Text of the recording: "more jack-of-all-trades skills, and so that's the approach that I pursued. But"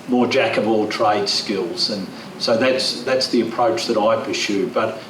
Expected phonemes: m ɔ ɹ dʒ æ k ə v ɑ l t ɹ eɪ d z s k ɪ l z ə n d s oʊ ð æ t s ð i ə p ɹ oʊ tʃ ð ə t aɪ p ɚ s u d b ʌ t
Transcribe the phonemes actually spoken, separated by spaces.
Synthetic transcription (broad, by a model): m ɔ ɹ dʒ æ k ə v ɑ l t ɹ eɪ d s k ɪ l z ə n s oʊ ð æ t s ð i ə p ɹ oʊ tʃ ð ə t aɪ p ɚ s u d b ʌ t